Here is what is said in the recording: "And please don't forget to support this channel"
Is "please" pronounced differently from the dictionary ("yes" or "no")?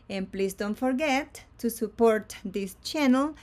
yes